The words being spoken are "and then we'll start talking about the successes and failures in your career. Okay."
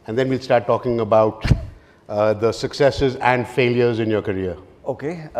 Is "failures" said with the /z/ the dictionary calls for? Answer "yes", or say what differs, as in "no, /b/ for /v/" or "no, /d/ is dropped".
yes